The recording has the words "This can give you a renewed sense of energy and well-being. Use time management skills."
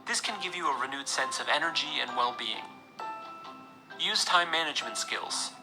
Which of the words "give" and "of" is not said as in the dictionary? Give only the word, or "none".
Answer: none